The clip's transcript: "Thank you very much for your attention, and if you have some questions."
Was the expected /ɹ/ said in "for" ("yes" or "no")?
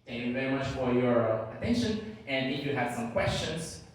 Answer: yes